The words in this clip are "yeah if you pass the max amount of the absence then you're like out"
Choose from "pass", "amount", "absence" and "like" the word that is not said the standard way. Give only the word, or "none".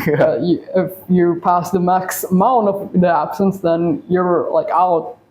amount